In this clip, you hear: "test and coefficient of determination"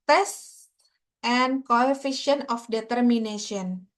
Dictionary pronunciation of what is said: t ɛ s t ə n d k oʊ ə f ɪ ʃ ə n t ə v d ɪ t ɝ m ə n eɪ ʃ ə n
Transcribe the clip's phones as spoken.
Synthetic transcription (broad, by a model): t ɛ s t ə n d k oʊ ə f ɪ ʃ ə n ə f d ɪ t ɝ m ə n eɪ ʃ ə n